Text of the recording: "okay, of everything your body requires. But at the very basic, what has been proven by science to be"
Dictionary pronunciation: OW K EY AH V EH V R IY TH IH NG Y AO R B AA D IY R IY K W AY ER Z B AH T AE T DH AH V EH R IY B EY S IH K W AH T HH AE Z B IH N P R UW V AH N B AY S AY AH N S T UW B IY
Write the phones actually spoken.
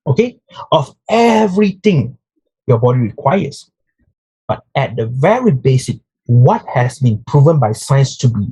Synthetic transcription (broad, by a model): OW K EY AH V EH V R IY T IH NG Y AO B AA D IY R IY K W AY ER S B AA T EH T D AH V EH R IY B EY S IH K W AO T HH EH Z B IH N P R UW V AH N B AY S AY AH N S T UW B IY